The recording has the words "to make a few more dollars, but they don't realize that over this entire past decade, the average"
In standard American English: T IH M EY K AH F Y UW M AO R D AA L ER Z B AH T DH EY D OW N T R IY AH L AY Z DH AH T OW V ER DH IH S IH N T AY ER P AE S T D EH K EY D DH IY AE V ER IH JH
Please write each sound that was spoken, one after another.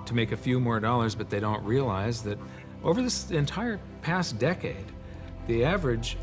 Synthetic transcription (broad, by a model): T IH M EY K AH F Y UW M AO R D AA L ER Z B AH T DH EY D OW N T R IY AH L AY Z DH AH T OW V ER DH IH S IH N T AY ER P AE S D EH K EY D DH IY AE V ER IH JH